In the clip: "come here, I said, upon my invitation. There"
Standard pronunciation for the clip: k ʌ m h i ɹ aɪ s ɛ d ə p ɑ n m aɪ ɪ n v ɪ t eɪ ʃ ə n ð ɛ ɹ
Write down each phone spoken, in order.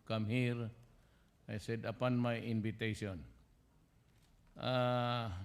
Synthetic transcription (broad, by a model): k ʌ m h i ɹ aɪ s ɛ d ə p ɑ n m aɪ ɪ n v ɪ t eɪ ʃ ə n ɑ